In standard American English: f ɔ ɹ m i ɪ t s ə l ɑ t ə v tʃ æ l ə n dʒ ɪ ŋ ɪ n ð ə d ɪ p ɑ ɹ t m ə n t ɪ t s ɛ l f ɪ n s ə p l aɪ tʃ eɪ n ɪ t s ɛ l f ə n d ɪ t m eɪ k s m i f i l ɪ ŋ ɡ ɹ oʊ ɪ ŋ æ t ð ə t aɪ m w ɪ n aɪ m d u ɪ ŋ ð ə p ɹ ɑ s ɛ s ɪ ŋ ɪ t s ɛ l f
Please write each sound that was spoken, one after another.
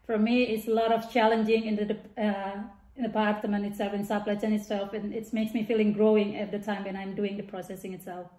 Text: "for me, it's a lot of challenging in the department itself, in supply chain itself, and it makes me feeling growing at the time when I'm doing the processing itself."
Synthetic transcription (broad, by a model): f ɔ ɹ m i ɪ t s ə l ɑ t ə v tʃ æ l ə n dʒ ɪ ŋ ɪ n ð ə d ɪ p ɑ ɹ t m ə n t ɪ t s ɛ l f ɪ n s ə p l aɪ s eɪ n ɪ t s ɛ l f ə n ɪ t m eɪ k s m i f i l ɪ ŋ ɡ ɹ oʊ ɪ ŋ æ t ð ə t aɪ m w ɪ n aɪ m d u ɪ ŋ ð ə p ɹ ɑ s ɛ s ɪ ŋ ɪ t s ɛ l f